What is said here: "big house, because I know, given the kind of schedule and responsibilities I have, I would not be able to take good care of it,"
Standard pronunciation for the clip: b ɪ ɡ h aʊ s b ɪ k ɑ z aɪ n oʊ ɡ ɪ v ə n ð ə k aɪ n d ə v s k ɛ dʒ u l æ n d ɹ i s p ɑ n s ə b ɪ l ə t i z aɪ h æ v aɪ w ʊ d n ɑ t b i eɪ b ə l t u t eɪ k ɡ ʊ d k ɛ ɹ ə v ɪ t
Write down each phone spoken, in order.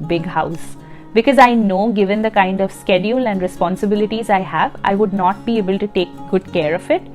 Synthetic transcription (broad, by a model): b ɪ ɡ h aʊ s b ɪ k ɑ z aɪ n oʊ ɡ ɪ v ə n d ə k aɪ n d ə v s k ɛ dʒ u l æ n d ɹ i s p ɑ n s ə b ɪ l ə t i z aɪ h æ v aɪ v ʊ d n ɑ t b i eɪ b ə l t u t eɪ k ɡ ʊ d k ɛ ɹ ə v ɪ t